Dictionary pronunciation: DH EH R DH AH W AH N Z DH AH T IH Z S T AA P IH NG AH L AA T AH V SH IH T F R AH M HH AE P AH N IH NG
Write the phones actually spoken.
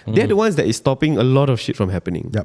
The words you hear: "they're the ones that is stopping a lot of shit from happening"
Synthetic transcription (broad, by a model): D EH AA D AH W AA N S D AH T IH S T AA P IH NG AH L AA T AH F SH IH T F R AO M HH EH P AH N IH NG